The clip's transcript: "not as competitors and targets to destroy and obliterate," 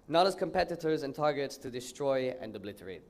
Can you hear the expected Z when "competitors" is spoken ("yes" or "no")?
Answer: yes